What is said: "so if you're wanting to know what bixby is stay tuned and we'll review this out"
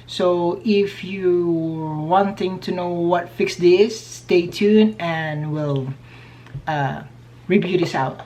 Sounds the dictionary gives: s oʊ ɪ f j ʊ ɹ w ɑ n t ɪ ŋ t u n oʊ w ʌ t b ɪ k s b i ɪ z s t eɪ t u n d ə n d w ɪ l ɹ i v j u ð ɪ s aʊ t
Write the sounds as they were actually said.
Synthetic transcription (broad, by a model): s oʊ ɪ f j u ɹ w ɑ n t ɪ ŋ t u n oʊ w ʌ t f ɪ k s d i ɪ s t eɪ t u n ə n w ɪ l ɹ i b j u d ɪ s aʊ t